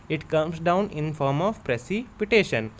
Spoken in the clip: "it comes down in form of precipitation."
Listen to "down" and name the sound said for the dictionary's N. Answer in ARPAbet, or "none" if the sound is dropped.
N